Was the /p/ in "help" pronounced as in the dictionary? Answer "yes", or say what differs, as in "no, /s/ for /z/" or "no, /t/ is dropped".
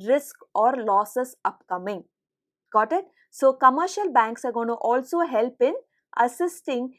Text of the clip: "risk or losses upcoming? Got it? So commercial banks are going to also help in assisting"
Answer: yes